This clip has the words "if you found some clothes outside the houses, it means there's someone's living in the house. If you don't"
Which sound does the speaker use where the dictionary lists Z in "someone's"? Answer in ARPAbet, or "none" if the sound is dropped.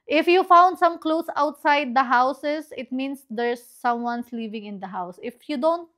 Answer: S